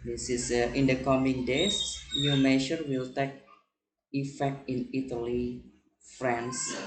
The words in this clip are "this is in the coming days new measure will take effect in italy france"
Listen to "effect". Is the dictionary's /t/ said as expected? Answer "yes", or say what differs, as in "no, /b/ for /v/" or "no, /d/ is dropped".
yes